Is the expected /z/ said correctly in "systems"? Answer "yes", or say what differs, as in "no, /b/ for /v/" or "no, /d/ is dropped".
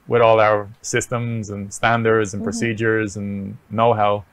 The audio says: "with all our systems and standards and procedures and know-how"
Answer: yes